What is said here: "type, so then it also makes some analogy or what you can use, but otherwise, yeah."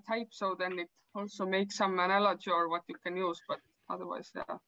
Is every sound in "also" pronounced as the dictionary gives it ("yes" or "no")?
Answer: yes